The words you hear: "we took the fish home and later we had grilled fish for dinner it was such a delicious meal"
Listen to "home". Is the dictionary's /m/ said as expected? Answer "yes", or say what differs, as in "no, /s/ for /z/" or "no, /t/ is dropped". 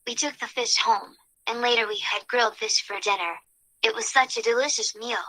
yes